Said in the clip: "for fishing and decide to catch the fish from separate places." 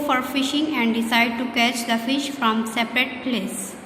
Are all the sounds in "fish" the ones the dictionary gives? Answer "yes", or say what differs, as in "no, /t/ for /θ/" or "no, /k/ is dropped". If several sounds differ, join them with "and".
yes